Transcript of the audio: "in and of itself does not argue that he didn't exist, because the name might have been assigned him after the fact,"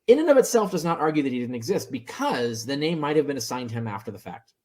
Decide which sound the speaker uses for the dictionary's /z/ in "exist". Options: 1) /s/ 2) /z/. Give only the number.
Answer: 2